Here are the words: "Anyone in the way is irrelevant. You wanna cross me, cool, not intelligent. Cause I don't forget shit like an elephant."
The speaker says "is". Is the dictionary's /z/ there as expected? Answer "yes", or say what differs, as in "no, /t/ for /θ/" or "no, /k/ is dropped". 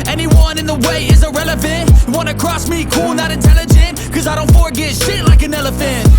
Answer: yes